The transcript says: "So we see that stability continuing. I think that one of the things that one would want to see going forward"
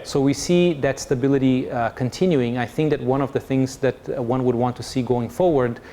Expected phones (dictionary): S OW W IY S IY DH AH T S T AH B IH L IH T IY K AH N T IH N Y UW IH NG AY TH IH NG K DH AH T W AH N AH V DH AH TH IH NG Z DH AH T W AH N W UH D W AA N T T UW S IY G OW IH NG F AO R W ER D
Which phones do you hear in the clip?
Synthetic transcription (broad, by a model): S OW W IY S IY DH AH T S T AH B IH L IH T IY K AH N T IH N Y UW IH NG AY TH IH NG K DH AH T W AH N AH V DH AH TH IH NG Z DH AH T W AH N W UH D W AA N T T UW S IY G OW IH NG F AO R W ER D